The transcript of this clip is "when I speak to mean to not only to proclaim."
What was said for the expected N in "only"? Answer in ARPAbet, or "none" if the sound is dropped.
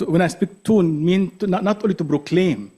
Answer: none